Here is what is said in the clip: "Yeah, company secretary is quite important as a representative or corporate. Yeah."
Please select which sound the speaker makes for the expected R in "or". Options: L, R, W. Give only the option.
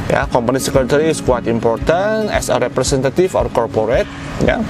R